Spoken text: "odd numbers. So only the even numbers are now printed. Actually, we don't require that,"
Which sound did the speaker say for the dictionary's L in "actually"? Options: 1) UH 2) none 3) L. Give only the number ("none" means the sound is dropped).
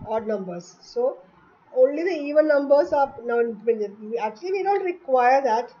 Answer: 3